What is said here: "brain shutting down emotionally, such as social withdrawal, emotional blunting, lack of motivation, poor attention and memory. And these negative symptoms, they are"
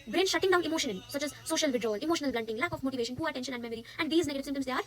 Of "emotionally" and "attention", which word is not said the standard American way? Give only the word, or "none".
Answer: emotionally